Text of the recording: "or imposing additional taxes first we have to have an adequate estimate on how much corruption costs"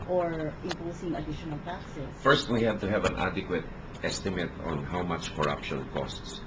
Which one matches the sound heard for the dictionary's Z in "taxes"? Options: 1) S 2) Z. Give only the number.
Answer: 1